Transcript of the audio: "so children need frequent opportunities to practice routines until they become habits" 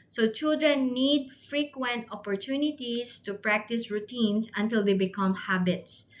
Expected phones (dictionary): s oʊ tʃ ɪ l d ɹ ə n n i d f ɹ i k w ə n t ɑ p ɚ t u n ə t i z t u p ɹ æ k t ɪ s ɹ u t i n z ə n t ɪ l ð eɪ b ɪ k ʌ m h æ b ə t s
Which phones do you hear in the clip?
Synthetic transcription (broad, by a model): s oʊ tʃ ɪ l d ɹ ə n n i d f ɹ i k w ə n t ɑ p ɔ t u n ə t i s t u p ɹ æ k t ɪ s ɹ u t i n s ə n t ɪ l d eɪ b ɪ k ʌ m h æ b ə t s